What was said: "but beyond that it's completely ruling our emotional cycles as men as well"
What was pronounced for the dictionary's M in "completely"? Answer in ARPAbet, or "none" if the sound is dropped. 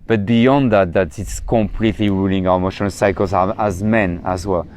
M